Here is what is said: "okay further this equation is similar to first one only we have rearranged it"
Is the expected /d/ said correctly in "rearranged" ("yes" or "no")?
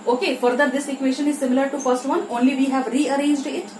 yes